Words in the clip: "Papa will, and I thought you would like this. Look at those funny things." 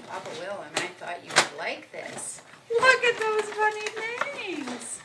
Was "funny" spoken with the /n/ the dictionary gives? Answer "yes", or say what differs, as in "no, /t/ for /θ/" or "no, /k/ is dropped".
yes